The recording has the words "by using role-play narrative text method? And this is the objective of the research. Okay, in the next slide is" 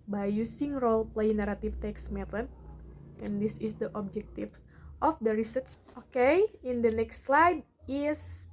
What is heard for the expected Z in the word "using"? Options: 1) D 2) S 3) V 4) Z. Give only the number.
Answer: 2